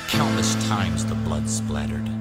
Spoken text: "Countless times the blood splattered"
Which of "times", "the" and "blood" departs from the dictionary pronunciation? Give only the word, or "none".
none